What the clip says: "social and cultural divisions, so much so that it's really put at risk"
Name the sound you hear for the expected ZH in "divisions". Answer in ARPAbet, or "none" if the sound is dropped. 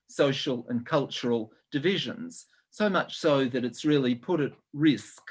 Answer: ZH